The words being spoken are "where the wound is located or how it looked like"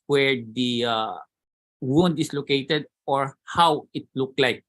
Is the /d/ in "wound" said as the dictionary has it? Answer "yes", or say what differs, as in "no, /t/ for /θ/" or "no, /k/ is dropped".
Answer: yes